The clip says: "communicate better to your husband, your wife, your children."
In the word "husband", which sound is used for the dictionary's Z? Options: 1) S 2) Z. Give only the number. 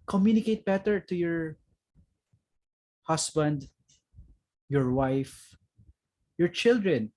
1